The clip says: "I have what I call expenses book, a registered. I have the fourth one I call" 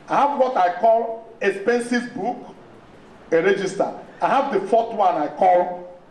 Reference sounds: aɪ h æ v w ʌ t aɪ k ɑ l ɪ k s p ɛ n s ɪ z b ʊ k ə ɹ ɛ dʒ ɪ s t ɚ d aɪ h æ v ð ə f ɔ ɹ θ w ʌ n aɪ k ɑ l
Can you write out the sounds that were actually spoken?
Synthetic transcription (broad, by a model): aɪ h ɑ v w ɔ t aɪ k ɑ l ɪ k s p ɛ n s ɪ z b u k ə ɹ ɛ dʒ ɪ s t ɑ aɪ h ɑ v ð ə f ɔ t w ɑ n aɪ k ɑ l